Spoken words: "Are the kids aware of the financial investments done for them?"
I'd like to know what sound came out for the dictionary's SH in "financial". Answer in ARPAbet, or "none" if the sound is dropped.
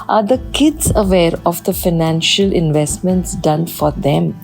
SH